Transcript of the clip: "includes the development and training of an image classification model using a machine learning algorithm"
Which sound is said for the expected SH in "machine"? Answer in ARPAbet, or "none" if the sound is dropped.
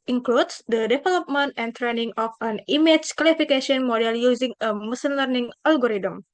S